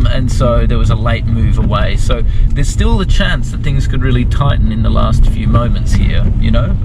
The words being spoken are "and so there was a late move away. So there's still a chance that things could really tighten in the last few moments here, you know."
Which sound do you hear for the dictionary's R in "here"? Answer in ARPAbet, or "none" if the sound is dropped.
R